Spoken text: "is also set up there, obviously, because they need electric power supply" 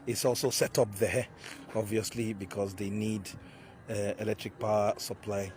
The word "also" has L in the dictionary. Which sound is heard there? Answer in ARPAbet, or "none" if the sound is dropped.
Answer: L